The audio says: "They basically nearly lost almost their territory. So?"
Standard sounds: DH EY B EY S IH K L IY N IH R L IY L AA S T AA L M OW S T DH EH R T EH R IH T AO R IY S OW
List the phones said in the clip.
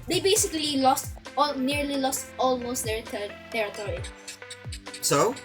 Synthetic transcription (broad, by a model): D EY B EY S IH K L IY N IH R L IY L AA S T AA L M OW S T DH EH R T EH R IH T AO R IY S OW